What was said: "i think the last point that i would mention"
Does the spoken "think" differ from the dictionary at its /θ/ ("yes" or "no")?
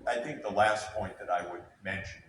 no